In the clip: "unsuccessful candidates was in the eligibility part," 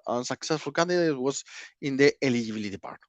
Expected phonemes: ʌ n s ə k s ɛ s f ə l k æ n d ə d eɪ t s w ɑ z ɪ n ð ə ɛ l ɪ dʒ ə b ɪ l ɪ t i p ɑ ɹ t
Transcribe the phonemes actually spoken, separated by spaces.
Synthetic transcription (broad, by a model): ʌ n s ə k s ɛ s f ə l k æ n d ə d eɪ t w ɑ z ɪ n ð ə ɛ l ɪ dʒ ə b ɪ l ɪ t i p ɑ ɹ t